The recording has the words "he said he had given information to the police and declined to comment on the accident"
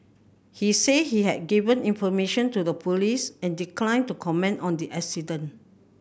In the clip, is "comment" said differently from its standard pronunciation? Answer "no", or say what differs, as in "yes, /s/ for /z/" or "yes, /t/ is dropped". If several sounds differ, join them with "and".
no